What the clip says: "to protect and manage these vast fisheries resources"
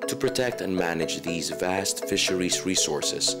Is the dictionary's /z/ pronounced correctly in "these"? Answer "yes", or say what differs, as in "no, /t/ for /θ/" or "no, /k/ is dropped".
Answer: yes